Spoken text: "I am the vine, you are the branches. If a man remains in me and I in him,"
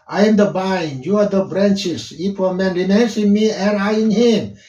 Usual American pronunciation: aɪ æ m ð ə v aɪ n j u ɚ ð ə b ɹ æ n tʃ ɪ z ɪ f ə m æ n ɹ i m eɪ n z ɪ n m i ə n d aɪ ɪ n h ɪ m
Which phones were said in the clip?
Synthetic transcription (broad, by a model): aɪ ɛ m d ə b aɪ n j u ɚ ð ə b ɹ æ n tʃ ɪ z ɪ p ə m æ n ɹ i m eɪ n s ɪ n m i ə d aɪ ɪ n h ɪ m